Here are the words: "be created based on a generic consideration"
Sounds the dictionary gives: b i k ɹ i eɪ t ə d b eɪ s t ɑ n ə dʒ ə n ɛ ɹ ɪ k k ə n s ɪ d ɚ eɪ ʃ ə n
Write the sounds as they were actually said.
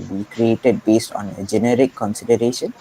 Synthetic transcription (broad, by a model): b i k ɹ i eɪ t ə d b eɪ s t ɑ n ə dʒ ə n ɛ ɹ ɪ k k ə n s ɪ d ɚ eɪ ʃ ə n